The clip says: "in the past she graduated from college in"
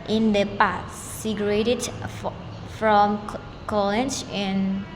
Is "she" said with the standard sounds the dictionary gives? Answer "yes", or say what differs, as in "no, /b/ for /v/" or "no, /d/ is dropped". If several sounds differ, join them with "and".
no, /s/ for /ʃ/